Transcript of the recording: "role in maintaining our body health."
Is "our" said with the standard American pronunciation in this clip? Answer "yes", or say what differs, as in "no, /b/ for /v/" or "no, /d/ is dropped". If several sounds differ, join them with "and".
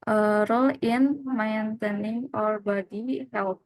yes